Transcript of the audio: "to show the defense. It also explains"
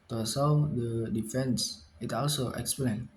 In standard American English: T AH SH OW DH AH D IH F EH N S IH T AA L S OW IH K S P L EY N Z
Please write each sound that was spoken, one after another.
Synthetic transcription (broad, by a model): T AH S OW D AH D IH F EH N S IH T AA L S OW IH K S P L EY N